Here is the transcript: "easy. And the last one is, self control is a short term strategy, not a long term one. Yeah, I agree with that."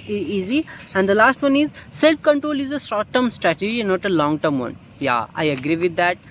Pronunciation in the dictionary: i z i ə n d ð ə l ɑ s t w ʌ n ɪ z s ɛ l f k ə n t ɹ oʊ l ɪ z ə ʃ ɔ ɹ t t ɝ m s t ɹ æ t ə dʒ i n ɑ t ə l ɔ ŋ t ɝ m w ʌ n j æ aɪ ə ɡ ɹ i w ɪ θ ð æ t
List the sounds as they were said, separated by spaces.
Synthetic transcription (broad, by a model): i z i ə n d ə l ɑ s t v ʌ n ɪ z s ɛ l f k ə n t ɹ oʊ l ɪ z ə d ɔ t t ɝ m s t ɹ æ t ə dʒ i n ɑ t ə l ɔ ŋ t ɝ m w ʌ n j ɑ aɪ ə ɡ ɹ i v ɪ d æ t